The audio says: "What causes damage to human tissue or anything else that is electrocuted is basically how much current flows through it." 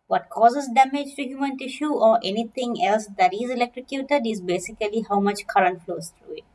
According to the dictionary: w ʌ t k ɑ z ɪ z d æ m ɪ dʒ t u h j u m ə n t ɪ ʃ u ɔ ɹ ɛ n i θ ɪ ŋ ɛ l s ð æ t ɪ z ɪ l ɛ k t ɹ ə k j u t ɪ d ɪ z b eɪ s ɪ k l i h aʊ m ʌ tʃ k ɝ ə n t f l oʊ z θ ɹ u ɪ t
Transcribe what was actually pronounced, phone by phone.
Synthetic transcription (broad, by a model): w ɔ t k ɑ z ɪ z d æ m ɪ dʒ t u h j u m ə n t ɪ ʃ u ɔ ɹ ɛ n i t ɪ ŋ ɛ l s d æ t ɪ z ɪ l ɛ k t ɹ ə k j u t ɪ d ɪ z b eɪ s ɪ k l i h aʊ m ʌ tʃ k ɝ ə n t f l oʊ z t ɹ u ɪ t